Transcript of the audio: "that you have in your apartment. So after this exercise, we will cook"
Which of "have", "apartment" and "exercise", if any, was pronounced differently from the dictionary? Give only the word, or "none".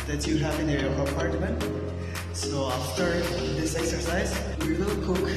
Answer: none